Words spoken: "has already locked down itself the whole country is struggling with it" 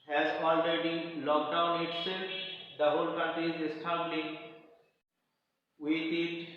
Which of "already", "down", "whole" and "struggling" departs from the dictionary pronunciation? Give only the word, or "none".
struggling